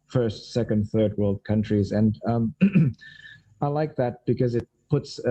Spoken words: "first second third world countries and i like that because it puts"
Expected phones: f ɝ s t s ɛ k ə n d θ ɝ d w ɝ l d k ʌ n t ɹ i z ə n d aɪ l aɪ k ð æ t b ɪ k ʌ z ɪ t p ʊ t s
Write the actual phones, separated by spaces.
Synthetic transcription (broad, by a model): f ɝ s t s ɛ k ə n d θ ɝ d w ɝ l d k ʌ n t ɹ i z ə n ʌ aɪ l aɪ k ð æ t b ɪ k ʌ z ɪ t p ʊ t s